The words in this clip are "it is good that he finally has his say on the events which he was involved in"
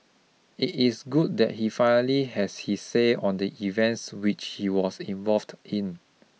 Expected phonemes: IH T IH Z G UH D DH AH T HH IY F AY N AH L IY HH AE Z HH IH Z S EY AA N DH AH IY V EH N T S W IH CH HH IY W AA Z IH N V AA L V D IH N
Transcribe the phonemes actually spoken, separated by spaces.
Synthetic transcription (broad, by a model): IH T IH S G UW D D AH T HH IY F AY N AH L IY HH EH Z HH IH S EY AA N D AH IY V EH N T S W IH CH HH IY W AA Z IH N V AA L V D IH N